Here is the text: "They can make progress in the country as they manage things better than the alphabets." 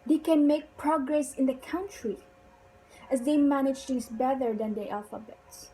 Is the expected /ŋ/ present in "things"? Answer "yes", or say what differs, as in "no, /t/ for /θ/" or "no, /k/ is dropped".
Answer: no, /ŋ/ is dropped